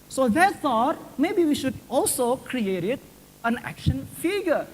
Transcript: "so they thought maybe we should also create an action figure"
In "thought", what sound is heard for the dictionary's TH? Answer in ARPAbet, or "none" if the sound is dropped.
S